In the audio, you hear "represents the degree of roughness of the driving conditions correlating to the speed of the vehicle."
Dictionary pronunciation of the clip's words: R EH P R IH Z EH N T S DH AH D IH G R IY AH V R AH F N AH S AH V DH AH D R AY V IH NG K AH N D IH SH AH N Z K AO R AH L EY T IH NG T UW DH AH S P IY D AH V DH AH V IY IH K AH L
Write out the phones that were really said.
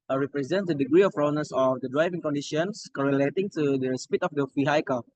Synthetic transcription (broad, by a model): R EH P R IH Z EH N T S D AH D IH G R IY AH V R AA N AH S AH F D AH D R AY V IH NG K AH N D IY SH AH N S K AO R AH L EY T IH NG T UW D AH S P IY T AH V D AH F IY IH K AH